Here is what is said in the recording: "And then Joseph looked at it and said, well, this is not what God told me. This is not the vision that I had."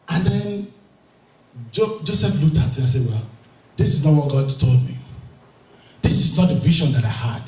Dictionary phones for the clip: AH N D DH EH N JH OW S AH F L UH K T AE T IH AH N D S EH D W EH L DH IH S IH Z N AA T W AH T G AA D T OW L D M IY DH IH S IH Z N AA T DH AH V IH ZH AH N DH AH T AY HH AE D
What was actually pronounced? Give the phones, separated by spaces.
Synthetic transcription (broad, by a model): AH N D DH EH N JH OW S AH F L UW T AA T IH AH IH S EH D W EH L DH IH S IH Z N AA T W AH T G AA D T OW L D M IY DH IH S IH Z N AA T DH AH V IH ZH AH N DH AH T AY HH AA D